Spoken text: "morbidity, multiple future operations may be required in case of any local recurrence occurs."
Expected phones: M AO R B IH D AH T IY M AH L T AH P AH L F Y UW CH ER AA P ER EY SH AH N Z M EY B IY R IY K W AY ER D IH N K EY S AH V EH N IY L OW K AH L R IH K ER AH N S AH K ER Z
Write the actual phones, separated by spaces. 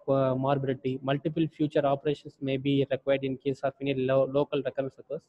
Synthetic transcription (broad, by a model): M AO R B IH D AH T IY M AH L T AH P AH L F Y UW CH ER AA P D EY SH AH N S M EY B IY R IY K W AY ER D IH N K EY S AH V EH N IY L OW K AH L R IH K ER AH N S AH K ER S